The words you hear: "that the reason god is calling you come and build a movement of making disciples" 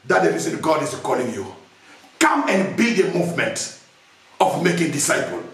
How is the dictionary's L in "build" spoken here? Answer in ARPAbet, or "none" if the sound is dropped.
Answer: none